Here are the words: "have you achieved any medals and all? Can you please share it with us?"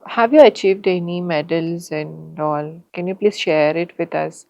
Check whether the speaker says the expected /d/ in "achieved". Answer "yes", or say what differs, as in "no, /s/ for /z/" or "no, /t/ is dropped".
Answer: yes